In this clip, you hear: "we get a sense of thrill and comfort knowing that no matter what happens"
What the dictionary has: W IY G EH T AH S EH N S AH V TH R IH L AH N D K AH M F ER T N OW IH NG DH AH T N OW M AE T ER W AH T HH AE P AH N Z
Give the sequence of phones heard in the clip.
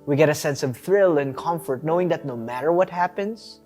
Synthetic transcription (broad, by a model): W IY G EH T AH S EH N S AH V TH R IH L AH N K AH M F ER T N OW IH NG DH AH T N OW M AE T ER W AH T HH AE P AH N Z